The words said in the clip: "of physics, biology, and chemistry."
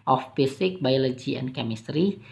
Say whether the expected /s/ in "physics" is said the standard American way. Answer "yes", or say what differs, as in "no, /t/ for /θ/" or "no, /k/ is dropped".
no, /s/ is dropped